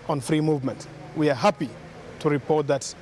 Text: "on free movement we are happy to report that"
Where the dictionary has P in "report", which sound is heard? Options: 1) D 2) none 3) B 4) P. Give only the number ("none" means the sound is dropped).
4